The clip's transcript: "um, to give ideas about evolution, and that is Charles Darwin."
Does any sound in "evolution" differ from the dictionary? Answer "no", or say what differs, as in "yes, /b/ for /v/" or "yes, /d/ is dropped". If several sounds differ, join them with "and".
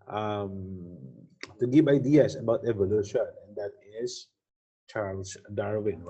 no